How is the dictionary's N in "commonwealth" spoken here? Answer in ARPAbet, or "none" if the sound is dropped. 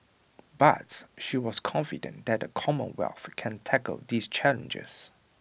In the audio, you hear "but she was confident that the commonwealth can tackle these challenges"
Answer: N